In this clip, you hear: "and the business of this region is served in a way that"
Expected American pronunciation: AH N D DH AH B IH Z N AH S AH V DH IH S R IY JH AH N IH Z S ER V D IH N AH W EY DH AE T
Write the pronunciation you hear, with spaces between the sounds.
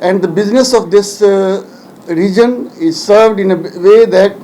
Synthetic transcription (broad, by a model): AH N D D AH B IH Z N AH S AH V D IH S R IY JH AH N IH Z S ER V D IH N AH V EY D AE T